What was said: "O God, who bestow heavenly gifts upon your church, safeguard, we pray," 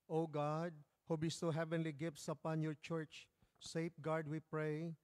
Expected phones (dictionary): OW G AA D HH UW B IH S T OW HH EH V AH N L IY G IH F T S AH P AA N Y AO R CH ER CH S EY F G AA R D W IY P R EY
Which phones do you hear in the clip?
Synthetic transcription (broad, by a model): OW G AA D HH UW B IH S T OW HH EH V AH N L IY G IH F T S AH P AA N Y AO R CH ER CH S EY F G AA R D W IY P R EY